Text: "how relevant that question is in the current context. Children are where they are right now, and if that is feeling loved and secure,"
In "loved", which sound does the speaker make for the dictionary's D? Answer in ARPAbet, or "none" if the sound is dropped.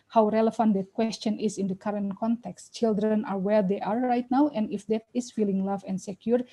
none